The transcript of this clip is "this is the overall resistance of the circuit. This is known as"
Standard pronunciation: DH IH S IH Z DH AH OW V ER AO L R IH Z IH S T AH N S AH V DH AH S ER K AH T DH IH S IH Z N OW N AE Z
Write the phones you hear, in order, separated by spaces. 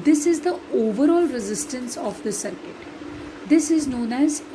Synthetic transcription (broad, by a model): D IH S IH Z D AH OW V ER AO L R IH Z IH S T AH N S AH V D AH S ER K AH T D IH S IH Z N OW N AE Z